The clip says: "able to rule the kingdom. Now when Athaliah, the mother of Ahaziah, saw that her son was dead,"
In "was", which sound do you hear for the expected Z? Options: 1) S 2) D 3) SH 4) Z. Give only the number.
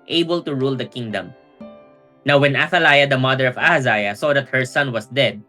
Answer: 1